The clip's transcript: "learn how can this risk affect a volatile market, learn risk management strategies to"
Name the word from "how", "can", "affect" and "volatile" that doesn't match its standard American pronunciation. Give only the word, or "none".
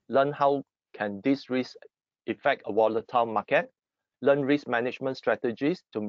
volatile